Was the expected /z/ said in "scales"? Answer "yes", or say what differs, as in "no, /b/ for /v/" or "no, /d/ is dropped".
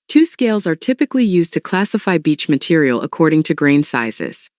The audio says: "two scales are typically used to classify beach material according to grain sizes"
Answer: yes